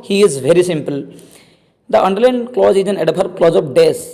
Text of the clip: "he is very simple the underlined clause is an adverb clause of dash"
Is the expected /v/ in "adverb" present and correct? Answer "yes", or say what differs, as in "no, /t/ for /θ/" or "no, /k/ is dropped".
no, /p/ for /v/